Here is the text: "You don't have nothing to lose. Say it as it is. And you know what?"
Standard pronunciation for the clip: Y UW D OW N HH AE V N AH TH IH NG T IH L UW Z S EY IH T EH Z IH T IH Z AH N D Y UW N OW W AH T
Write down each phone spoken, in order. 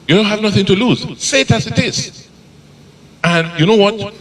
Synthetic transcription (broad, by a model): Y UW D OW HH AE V N AH TH IH NG T IH L UW Z S EY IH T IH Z IH T IH Z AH N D Y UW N OW W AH T